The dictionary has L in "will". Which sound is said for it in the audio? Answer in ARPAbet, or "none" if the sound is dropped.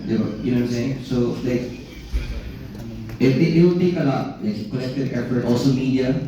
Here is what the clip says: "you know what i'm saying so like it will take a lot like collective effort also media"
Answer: W